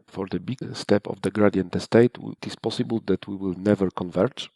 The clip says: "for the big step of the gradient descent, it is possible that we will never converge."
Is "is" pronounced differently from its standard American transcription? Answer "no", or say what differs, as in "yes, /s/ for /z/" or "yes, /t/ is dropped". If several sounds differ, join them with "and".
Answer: yes, /s/ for /z/